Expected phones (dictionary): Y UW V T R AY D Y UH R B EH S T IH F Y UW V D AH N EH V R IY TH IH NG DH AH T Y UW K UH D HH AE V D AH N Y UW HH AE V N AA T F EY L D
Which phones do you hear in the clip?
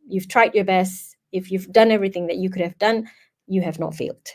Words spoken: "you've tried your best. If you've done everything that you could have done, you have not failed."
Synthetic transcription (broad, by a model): Y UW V T R AY D Y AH R B EH S T IH F Y UW V D AH N EH V R IY TH IH NG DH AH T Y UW K UH D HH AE V D AH N Y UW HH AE V N AA T F EY L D